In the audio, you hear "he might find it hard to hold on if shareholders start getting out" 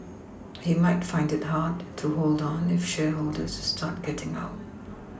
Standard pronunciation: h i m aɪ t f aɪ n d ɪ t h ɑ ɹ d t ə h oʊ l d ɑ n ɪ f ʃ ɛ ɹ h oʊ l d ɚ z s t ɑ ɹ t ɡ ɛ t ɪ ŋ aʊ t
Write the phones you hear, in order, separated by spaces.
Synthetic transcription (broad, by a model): h i m aɪ t f aɪ n d ɪ t h ɑ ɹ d t ə h oʊ l d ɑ n ɪ f ʃ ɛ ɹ h oʊ l d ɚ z s t ɑ ɹ t ɡ ɛ t ɪ ŋ aʊ t